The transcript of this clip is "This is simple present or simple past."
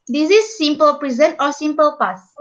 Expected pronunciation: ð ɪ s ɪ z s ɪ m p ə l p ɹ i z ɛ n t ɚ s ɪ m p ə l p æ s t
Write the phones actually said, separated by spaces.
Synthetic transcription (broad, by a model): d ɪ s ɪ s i m p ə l p ɹ i z ɛ n t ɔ s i m p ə l p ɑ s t